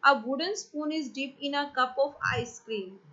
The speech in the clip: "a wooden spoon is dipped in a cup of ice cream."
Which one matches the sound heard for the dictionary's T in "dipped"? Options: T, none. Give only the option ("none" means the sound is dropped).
none